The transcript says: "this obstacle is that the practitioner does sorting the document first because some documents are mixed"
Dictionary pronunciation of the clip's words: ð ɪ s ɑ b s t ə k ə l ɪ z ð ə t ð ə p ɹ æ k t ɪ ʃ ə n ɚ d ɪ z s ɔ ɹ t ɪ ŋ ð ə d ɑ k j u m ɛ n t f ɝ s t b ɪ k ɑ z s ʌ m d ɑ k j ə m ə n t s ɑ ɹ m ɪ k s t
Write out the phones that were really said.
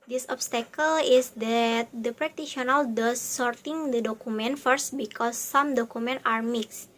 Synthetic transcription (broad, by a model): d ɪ s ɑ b s t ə k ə l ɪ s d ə t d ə p ɹ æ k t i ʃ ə n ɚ d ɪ s ɔ ɹ t ɪ ŋ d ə d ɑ k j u m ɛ n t f ɝ s t b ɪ k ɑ s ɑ m d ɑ k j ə m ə n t ɑ ɹ m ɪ k s t